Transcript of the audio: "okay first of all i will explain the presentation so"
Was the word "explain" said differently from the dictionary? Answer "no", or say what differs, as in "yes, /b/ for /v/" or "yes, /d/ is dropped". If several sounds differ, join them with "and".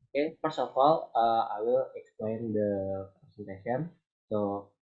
no